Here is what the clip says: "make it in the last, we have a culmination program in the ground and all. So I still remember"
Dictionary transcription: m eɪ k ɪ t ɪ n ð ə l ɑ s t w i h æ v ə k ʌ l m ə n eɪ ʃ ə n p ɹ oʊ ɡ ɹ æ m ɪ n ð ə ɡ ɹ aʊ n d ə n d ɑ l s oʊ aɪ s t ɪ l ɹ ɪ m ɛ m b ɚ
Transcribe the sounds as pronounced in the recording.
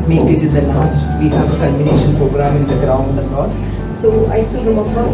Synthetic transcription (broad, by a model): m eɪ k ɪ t ɪ n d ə l ɑ s t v i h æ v ə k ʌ m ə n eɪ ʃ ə n p ɹ oʊ ɡ ɹ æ m ɪ n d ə ɡ ɹ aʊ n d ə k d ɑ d s oʊ aɪ s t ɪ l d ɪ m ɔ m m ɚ